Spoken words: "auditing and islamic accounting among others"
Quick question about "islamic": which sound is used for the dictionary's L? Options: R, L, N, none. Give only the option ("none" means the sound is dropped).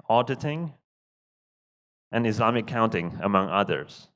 none